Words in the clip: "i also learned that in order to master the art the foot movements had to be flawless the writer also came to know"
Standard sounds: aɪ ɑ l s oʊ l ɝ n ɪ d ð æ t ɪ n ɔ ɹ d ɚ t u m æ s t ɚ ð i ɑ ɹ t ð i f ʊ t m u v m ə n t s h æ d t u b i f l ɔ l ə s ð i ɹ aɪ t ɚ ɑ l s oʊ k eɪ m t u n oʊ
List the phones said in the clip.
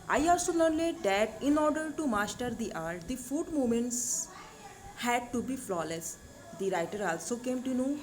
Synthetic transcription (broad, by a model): aɪ ɑ l s oʊ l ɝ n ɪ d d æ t ɪ n ɔ ɹ d ɚ t u m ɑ s t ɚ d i ɑ ɹ t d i f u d m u m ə n t s h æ d t u b i f l ɔ l ə s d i ɹ aɪ t ɚ ɑ l s oʊ k eɪ m t u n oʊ